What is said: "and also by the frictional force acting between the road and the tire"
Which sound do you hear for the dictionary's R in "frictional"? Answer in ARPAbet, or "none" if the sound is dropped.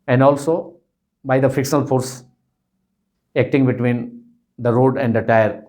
none